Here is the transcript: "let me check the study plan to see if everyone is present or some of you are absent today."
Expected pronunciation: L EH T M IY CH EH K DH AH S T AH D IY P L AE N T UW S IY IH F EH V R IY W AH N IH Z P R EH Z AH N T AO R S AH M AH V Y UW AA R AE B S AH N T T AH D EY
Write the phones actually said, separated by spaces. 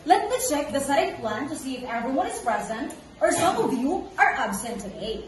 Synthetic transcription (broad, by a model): L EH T M IY CH EH K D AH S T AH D P L AE N T UW S IY IH F EH V R IY W AH N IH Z P R EH Z AH N T AO R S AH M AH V Y UW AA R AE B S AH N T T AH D EY